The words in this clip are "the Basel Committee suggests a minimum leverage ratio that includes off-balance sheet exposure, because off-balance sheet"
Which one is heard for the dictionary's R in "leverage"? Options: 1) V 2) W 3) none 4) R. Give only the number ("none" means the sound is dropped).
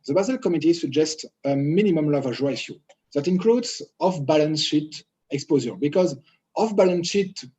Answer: 3